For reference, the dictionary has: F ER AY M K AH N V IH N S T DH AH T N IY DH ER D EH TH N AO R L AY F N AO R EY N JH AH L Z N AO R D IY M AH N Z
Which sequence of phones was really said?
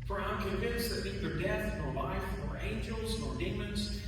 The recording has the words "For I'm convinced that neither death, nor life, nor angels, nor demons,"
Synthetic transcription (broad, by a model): F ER AY M K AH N V IH N S DH AH T N IY DH ER D EH TH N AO R L AY F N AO R EY N JH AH L Z N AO R D IY M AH N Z